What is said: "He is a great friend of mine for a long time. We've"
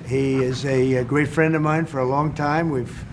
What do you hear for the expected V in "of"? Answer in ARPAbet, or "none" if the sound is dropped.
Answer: V